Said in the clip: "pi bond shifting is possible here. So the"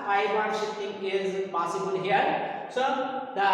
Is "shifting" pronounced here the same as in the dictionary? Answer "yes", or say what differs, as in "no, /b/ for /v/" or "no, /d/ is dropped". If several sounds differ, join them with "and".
no, /f/ is dropped